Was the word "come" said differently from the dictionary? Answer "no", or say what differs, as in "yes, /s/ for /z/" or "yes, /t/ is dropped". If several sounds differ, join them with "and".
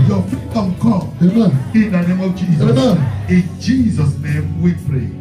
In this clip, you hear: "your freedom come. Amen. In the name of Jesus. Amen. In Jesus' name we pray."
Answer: yes, /m/ is dropped